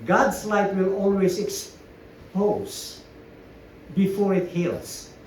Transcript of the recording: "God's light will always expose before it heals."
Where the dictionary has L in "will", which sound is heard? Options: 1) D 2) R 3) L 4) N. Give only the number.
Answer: 3